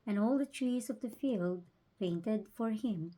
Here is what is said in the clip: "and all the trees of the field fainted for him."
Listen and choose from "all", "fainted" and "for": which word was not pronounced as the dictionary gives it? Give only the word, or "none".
fainted